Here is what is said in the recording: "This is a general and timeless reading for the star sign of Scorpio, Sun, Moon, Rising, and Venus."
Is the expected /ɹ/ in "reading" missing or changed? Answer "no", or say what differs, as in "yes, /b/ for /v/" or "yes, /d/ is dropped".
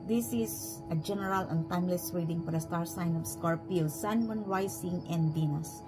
yes, /w/ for /ɹ/